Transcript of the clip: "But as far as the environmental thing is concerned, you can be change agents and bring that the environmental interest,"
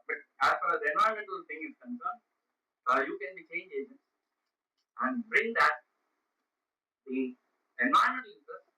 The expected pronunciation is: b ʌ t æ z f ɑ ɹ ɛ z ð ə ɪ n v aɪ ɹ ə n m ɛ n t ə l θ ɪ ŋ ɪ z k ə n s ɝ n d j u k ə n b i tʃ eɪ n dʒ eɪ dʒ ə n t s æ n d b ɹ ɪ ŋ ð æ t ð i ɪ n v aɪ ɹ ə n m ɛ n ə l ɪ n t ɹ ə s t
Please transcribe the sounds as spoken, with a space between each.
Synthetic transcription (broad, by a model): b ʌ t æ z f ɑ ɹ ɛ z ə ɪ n ɔ ə m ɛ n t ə l t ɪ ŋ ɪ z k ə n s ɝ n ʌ j u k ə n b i tʃ eɪ n dʒ eɪ dʒ ə n t s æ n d b ɹ ɪ ŋ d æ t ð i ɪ n ɔ ə m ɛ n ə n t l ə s